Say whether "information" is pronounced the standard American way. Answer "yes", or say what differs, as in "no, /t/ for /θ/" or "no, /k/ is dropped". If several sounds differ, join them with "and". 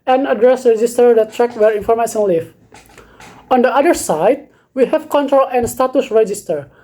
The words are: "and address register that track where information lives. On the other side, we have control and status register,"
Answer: no, /s/ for /ʃ/